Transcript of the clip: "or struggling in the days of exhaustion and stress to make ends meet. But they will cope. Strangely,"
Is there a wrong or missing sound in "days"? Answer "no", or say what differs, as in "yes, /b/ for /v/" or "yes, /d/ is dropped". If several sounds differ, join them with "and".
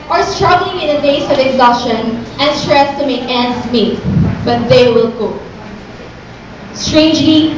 yes, /s/ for /z/